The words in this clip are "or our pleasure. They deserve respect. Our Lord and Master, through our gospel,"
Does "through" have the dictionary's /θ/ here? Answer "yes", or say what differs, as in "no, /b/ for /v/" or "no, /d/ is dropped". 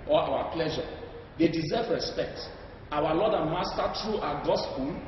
no, /t/ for /θ/